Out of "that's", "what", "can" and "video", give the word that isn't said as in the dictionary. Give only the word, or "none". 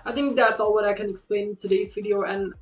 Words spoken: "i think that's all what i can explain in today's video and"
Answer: none